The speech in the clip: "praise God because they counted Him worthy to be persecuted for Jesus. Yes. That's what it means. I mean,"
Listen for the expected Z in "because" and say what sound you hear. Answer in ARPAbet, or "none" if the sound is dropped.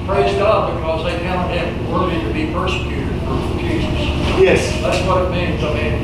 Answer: Z